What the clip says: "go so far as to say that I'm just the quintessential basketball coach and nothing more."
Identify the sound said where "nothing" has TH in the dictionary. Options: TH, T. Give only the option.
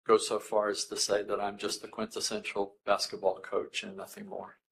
TH